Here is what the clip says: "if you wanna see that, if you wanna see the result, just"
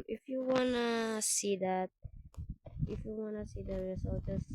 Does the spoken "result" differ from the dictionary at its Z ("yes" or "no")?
yes